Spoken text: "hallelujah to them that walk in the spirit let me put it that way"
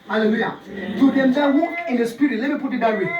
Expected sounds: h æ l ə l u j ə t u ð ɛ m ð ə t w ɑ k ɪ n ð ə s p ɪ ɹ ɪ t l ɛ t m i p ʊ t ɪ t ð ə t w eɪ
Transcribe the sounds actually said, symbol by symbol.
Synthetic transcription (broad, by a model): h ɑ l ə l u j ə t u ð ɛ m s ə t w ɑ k ɪ n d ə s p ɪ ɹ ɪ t l ɛ t m i p ʊ t ɪ t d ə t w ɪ